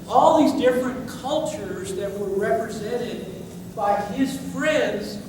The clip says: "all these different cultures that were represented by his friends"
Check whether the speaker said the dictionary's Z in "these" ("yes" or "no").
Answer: yes